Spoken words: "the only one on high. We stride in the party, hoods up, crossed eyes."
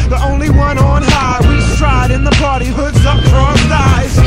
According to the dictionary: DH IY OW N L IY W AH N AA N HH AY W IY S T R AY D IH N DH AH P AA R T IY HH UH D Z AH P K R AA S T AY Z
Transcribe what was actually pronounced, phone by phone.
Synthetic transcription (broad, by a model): DH IY OW N L IY W AH N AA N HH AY W IY S T R AY D IH N DH AH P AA R T IY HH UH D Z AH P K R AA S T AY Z